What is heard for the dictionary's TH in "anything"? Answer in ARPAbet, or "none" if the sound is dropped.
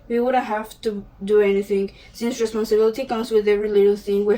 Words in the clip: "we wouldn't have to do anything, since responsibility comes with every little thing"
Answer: TH